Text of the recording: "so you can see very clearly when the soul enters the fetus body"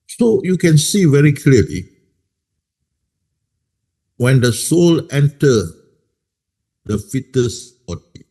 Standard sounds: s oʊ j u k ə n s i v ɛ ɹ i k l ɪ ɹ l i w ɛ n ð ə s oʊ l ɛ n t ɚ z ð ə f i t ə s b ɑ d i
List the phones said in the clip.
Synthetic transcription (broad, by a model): s oʊ j u k ə n s i v ɛ ɹ i k l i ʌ l i w ɛ n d ə s oʊ l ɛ n t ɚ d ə f i t ə s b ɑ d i